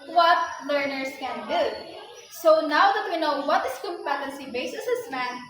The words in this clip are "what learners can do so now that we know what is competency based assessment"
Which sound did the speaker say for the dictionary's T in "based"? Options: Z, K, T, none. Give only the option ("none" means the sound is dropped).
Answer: none